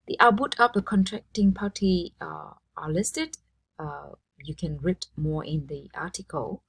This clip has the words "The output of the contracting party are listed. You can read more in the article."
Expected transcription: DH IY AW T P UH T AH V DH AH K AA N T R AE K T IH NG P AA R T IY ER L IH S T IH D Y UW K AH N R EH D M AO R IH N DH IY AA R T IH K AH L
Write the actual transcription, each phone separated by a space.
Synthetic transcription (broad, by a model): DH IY T B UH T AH P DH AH K AA N T R AE K T IH NG P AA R T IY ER L IH S T IH D Y UW K AH N R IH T M AO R IH N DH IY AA T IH K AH L